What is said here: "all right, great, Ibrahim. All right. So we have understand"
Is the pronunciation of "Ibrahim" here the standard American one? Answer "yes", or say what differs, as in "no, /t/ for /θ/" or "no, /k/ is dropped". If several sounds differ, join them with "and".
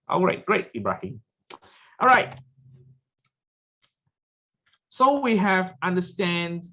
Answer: no, /m/ is dropped